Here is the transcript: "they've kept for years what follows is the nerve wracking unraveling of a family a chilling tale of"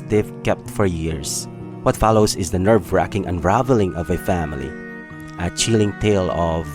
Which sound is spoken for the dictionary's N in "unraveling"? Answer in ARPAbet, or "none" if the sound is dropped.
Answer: N